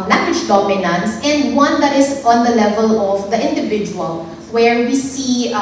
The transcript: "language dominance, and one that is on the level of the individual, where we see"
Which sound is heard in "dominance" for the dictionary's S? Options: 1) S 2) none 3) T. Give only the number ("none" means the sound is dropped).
1